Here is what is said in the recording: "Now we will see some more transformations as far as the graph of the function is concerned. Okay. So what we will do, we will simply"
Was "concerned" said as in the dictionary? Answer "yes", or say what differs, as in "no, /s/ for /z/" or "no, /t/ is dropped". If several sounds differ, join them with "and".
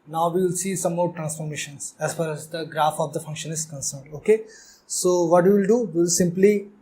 yes